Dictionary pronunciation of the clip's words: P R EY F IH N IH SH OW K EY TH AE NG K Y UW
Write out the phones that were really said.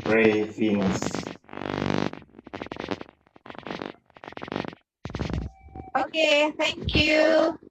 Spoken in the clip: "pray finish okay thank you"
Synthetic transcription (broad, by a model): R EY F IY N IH S OW K EY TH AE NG K Y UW